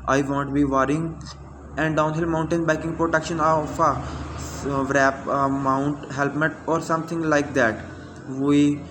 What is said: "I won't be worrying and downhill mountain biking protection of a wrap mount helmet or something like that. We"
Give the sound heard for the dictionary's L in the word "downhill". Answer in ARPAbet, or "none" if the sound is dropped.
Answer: L